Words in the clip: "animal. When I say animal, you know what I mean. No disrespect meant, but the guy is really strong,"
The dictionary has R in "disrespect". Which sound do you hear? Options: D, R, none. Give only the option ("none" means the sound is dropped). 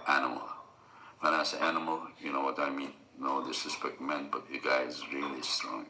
none